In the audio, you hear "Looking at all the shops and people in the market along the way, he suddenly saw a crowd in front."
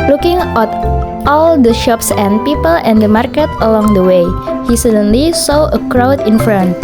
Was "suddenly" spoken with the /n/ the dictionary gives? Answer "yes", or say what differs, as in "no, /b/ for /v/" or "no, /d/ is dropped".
yes